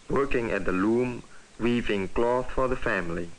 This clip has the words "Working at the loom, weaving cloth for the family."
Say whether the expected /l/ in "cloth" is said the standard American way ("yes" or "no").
yes